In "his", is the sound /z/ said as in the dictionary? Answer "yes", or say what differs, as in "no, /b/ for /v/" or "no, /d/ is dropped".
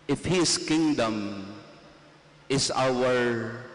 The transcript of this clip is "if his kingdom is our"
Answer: no, /s/ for /z/